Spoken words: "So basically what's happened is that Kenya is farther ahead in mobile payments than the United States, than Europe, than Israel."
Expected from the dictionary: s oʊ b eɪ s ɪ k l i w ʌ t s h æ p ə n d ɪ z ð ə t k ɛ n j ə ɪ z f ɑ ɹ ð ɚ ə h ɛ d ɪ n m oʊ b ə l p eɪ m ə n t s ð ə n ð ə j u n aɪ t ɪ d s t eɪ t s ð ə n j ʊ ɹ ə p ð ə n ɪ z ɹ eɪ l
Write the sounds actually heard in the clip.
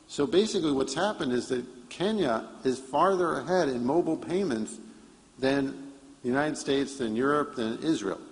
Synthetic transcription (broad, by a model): s oʊ b eɪ s ɪ k l i w ʌ t s h æ p ə n d ɪ z ð ə t k ɛ n j ə ɪ z f ɑ ɹ ð ɚ ə h ɛ d ɪ n m oʊ b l p eɪ m ə n t s ð ə n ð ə j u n aɪ t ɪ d s t eɪ t s ð ə n j ʊ ɹ ə p ð ə n ɪ z ɹ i l